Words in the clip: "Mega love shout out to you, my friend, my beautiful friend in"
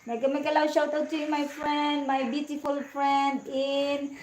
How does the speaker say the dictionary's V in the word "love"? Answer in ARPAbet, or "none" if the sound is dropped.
W